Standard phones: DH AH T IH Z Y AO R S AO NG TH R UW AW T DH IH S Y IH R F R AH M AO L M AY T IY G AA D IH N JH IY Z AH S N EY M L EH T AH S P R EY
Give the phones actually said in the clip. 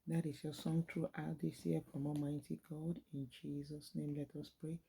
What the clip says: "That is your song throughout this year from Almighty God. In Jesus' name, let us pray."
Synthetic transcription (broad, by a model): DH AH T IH S Y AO S AO NG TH R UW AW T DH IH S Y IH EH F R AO M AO M AY T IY G AA D IH N JH IY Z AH S N EY M L EH T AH S P R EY